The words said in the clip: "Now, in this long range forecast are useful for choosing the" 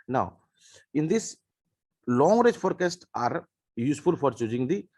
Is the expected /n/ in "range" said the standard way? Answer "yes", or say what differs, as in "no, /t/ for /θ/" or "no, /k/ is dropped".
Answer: no, /n/ is dropped